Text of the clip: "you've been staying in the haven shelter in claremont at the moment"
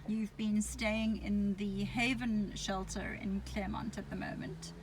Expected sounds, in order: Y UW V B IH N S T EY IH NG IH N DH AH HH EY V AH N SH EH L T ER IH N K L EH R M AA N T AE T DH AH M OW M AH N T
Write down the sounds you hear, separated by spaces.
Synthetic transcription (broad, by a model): Y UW V B IH N S T EY IH NG IH N DH AH HH EY V AH N SH EH L T ER IH N K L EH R M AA N T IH T DH AH M OW M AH N T